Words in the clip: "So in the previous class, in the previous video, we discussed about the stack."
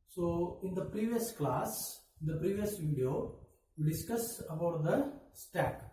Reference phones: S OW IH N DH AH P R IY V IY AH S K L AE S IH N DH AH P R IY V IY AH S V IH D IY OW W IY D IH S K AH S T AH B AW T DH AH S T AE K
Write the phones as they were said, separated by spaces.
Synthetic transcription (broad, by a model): S OW IH N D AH P R IY V IY AH S K L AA S IH N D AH P R IY V IY AH S V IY D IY OW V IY D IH S K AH S AH B AW T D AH S T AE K